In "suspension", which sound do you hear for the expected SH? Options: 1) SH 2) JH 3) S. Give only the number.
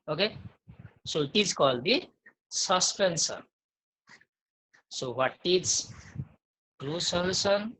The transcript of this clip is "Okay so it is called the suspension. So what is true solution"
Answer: 3